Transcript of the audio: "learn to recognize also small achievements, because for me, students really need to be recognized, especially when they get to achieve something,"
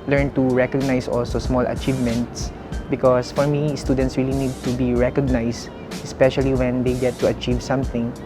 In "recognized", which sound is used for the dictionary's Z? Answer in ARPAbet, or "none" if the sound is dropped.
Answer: S